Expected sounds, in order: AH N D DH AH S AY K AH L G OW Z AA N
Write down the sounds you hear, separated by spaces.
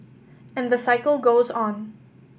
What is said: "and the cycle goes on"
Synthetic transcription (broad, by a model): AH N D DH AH S AY K AH L G OW Z AA N